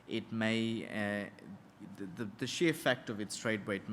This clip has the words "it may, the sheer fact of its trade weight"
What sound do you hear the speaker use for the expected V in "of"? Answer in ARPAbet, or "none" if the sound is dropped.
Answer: V